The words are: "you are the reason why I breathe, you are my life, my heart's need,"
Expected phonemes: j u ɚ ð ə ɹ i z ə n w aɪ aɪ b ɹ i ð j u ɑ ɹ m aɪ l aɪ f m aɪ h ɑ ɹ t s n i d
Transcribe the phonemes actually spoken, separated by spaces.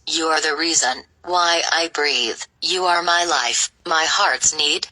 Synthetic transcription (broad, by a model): j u ɚ ð ə ɹ i z ə n w aɪ aɪ b ɹ i ð j u ɑ ɹ m aɪ l aɪ f m aɪ h ɑ ɹ t s n i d